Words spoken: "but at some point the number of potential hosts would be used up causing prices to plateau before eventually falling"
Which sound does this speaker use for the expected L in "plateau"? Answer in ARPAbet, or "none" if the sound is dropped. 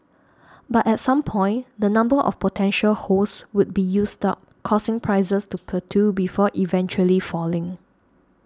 none